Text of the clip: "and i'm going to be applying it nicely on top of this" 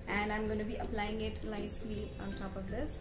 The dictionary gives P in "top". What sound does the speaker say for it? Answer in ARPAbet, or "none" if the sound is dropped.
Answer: P